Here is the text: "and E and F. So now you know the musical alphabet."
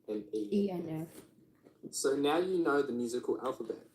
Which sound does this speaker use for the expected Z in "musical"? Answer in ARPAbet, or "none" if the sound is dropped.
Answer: Z